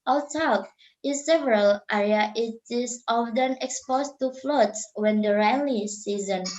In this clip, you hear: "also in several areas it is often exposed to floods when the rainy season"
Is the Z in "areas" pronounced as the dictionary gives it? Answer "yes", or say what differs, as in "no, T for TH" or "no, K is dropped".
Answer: no, Z is dropped